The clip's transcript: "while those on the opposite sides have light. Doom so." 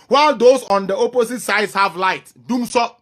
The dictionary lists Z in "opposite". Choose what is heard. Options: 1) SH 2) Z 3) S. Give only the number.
3